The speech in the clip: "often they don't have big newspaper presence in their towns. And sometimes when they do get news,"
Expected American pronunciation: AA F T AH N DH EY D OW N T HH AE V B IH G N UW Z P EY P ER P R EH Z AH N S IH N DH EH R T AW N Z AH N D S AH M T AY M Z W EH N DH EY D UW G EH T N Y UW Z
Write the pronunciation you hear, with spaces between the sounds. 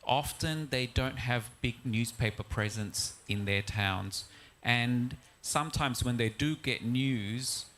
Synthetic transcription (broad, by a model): AA F T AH N DH EY D OW N T HH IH V B IH G N UW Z P EY P ER P R EH Z AH N S IH N DH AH R T AW N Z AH N S AH M T AY M Z W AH N DH EY D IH G EH T N Y UW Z